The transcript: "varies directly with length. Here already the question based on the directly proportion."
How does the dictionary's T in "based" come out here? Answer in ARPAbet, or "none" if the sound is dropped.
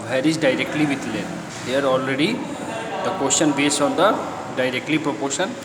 none